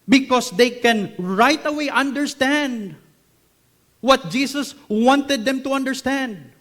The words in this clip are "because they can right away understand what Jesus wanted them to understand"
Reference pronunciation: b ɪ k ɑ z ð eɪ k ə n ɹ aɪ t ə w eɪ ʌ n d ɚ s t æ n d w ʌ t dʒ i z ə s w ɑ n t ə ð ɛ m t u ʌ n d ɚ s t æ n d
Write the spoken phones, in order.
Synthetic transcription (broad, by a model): b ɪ k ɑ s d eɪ k ə n ɹ aɪ t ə w eɪ ʌ n d ɚ s t æ n d w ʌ t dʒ i s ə s w ɑ n t ə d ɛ m t u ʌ n d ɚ s t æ n d